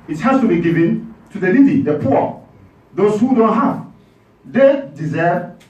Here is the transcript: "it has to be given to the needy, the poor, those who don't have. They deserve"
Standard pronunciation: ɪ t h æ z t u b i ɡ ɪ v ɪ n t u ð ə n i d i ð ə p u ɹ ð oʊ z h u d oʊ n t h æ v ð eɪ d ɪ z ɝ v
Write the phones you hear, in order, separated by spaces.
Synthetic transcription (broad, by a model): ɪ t h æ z t u b i ɡ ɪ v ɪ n t u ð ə l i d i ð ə p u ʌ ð oʊ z h u d oʊ n t h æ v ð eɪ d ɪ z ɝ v